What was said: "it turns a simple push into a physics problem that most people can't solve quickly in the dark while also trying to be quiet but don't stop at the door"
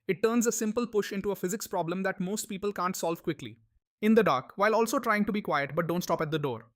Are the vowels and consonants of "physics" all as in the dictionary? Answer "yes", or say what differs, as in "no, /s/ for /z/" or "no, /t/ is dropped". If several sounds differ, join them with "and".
yes